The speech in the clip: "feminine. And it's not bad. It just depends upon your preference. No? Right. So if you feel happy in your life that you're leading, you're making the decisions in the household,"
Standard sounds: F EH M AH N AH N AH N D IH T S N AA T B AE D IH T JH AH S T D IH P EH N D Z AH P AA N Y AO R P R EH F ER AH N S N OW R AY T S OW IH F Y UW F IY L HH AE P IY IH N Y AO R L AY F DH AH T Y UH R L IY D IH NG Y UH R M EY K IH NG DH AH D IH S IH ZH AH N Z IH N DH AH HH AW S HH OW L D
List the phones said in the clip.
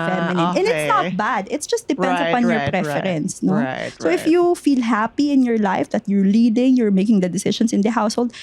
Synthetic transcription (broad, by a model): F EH M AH N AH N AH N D IH T S N AA T B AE D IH T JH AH S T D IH P EH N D S AH P AA N Y AO R P R EH F ER AH N S N OW S OW IH F Y UW F IY L HH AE P IY IH N Y AO R L AY F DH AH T Y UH R L IY D IH NG Y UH R M EY K IH NG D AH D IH S IH SH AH N S IH N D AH HH AW S HH OW L D